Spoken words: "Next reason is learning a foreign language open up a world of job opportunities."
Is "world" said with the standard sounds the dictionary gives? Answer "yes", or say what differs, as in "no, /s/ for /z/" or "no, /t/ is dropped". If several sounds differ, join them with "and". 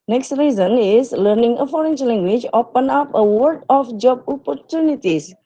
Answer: no, /l/ is dropped